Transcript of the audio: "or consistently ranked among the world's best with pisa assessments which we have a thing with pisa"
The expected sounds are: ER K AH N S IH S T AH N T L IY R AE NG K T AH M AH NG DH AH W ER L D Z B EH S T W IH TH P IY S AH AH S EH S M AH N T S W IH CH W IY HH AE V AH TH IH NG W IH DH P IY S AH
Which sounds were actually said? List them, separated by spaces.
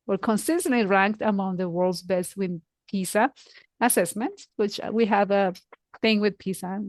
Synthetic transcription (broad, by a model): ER K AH N S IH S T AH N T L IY R AE NG K T AH M AH NG DH AH W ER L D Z B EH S W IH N P IY S AH AH S EH S M AH N T S W IH CH W IY HH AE V AH TH IH NG W IH DH P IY S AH